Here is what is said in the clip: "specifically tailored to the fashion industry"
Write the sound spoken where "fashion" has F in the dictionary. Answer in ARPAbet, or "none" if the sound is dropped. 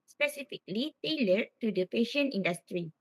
P